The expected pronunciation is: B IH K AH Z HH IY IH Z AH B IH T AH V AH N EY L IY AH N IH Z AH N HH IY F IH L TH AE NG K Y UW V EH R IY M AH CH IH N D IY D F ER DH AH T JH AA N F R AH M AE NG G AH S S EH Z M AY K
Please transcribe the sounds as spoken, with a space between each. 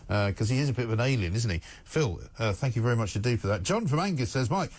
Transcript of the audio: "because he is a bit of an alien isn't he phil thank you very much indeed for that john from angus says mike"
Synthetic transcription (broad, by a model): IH K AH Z IY IH Z AH B IH T AH V AH N EY L IY AH N IH Z N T IY F IH L TH AE NG K Y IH V EH R IY M AH CH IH D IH F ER DH AH T JH AA N F R AH M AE NG G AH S S EH Z M AY K